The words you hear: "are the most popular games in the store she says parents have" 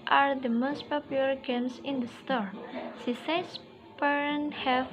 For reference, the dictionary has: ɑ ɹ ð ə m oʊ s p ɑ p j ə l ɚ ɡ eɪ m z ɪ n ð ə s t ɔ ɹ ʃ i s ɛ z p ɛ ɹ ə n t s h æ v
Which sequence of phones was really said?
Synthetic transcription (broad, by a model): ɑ ɹ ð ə m oʊ s p ɑ p j ə l ɚ ɡ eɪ m s ɪ n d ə s t ɔ ɹ s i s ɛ s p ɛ ɹ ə n h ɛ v